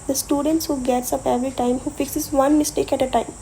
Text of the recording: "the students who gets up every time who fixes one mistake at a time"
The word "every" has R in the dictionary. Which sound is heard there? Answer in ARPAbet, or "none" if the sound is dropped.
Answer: none